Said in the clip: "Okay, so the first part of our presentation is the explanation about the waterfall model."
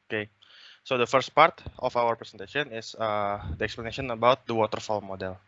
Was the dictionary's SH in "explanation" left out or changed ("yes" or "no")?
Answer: yes